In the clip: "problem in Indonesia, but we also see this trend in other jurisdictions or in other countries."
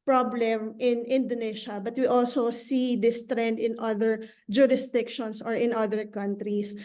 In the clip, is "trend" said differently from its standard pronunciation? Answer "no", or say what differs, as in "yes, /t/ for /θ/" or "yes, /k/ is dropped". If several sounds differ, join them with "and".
no